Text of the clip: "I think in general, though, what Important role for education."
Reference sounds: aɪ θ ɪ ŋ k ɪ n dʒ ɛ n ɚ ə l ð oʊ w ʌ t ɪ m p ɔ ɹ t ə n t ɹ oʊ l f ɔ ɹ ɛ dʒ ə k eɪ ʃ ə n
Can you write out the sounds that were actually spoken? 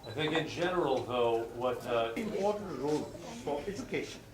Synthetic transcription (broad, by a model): aɪ θ ɪ ŋ k ɪ n dʒ ɛ n ɚ ə l ð oʊ w ʌ t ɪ m p ɔ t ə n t ɹ oʊ l f ɔ ɹ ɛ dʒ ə k eɪ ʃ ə n